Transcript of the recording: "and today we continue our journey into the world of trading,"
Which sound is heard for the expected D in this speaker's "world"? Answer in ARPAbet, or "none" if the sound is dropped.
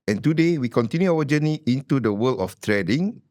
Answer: none